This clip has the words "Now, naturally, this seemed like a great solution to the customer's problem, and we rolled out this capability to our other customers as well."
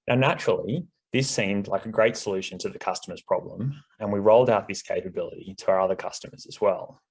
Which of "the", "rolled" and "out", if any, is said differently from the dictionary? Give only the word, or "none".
none